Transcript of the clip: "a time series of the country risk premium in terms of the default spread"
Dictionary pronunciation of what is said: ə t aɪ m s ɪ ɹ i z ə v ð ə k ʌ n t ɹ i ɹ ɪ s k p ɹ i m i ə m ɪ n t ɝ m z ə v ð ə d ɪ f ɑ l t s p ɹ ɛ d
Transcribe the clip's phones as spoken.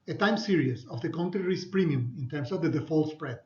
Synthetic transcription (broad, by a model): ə t aɪ m s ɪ ɹ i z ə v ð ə k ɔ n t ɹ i ɹ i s p ɹ i m i ə m ɪ n t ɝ m s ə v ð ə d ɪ f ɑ l s p ɹ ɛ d